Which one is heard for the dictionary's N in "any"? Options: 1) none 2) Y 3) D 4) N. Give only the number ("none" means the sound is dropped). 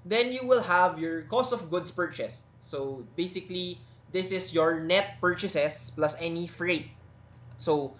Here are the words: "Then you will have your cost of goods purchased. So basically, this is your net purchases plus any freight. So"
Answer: 4